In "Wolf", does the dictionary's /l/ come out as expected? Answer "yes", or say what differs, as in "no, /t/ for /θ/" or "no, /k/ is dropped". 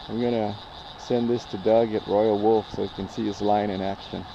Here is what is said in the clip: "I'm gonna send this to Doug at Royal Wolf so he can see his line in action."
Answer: yes